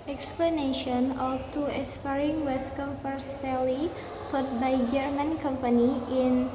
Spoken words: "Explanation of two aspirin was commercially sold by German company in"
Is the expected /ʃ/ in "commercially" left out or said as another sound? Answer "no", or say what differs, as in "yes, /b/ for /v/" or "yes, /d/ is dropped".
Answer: yes, /s/ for /ʃ/